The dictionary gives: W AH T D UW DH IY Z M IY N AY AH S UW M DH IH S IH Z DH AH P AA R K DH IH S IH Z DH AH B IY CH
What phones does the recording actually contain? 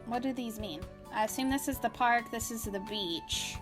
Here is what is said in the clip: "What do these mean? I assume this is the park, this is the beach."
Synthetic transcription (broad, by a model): W AH T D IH DH IY Z M IY N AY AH S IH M DH IH S IH Z DH AH P AA R K DH IH S IH Z DH AH B IY CH